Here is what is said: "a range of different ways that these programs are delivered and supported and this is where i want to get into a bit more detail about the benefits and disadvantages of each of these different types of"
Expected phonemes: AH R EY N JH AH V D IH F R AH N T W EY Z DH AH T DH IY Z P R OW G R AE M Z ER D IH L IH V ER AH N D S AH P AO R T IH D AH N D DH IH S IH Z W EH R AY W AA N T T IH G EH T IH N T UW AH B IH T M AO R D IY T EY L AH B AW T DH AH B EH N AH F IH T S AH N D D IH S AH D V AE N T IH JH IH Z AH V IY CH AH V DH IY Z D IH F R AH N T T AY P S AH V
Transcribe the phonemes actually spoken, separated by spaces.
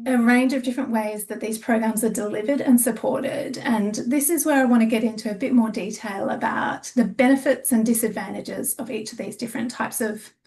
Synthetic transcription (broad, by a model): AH R EY N JH AH V D IH F R AH N T W EY Z DH AH T DH IY Z P R OW G R AE M Z ER D IH L IH V ER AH N S AH P AO R T IH D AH N DH IH S IH Z W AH R AY W AA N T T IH G EH T IH N T UW AH B IH T M AO R D IY T EY L AH B AW T DH AH B EH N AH F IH T S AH N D D IH S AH D V AE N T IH JH IH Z AH V IY CH AH V DH IY Z D IH F R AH N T T AY P S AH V